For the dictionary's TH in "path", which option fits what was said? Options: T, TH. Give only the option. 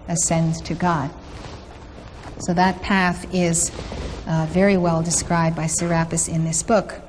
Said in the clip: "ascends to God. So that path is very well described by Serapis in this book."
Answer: TH